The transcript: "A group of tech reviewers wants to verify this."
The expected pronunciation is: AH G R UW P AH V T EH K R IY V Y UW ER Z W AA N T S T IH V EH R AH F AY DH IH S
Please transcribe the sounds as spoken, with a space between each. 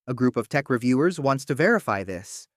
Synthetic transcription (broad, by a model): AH G R UW P AH V T EH K R IY V Y UW ER Z W AA N T S T IH V EH R AH F AY DH IH S